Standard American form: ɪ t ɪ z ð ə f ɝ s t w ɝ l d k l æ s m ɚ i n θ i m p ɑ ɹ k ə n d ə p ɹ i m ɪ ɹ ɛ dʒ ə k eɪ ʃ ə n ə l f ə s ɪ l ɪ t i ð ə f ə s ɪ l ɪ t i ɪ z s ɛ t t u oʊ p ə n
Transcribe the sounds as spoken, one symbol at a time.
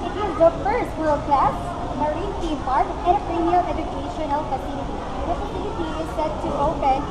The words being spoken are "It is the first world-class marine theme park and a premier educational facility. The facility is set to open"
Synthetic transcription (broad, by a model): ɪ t ɪ z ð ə f ɝ s t w ɝ l d k l æ s m ɚ i n t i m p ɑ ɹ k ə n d ə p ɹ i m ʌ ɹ ɛ dʒ ə k eɪ ʃ ə n ə l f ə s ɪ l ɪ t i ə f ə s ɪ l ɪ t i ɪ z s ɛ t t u oʊ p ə n